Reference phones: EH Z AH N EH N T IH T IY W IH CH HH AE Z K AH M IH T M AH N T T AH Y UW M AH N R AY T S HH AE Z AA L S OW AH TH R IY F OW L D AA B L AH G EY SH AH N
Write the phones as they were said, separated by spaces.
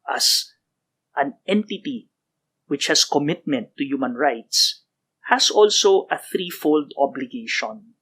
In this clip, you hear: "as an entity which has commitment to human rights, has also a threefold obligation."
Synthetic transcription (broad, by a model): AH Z AH N EH N T IH T IY W IH CH HH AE S K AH M IH T M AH N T T AH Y UW M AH N R AY T S HH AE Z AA L S OW AH TH R IY F OW L D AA B L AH G EY SH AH N